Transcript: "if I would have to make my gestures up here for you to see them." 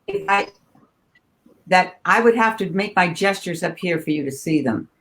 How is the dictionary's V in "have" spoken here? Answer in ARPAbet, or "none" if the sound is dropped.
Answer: F